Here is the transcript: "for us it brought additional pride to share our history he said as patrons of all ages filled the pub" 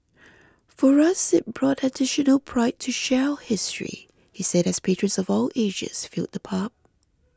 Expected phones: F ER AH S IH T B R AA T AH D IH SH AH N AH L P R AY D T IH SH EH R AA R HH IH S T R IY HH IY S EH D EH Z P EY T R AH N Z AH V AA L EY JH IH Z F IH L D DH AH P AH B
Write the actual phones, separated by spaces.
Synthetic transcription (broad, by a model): F ER AH S IH T B R AA T AH D IH SH AH N AH L P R AY T IH SH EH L HH IH S T R IY HH IY S EH D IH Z P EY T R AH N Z AH V AA L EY ZH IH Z F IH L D DH AH P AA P